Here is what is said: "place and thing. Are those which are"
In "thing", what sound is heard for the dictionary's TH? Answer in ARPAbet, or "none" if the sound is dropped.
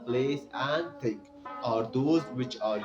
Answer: T